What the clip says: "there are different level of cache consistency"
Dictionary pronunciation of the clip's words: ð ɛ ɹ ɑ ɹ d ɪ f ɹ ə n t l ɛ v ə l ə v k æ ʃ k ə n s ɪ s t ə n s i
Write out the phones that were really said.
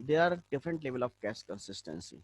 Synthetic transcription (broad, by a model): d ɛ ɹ ɑ ɹ d ɪ f ɹ ə n t l ɛ v ə l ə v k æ s k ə n s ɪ s t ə n s i